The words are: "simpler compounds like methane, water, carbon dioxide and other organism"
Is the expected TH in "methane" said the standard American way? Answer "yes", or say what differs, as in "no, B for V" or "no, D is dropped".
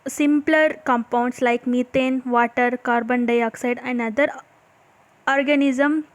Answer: no, T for TH